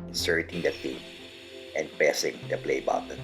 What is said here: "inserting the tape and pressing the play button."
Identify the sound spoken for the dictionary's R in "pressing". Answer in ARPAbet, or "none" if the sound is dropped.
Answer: none